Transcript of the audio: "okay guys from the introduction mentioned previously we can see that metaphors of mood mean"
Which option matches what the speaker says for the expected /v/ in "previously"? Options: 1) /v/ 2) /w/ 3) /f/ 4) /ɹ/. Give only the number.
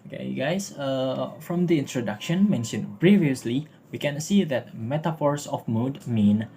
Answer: 1